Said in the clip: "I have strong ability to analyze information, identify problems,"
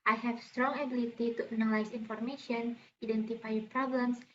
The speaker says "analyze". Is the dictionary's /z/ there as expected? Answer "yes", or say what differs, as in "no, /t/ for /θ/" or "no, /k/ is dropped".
no, /s/ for /z/